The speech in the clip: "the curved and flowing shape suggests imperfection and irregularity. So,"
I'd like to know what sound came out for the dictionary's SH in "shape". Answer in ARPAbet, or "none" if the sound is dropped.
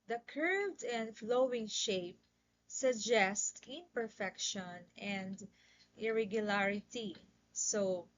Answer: SH